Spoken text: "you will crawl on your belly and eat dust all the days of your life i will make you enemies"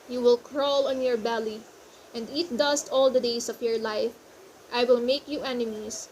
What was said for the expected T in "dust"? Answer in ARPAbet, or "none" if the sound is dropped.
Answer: T